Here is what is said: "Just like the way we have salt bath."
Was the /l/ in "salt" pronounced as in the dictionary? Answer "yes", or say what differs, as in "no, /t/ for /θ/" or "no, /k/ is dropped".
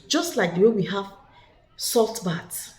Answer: yes